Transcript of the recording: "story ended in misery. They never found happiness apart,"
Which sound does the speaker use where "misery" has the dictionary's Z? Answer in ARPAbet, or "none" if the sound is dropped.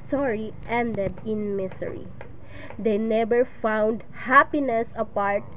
S